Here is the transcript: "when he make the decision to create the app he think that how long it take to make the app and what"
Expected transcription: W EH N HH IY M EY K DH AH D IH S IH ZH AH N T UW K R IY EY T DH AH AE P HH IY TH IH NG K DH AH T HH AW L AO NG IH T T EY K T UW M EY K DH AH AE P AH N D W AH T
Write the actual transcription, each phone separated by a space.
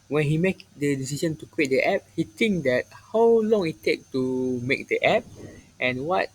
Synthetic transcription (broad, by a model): W EH N HH IY M EY K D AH D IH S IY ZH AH N T UW K W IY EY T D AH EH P HH IY T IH NG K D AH T HH AW L AO NG IH T T EY K T UW M EY K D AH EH P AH N W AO T